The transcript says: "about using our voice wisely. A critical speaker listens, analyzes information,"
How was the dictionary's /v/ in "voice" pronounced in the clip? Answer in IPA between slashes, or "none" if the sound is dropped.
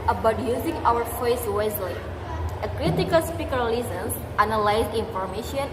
/f/